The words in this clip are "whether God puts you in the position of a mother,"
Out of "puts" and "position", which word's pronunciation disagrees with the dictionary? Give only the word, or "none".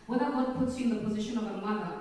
none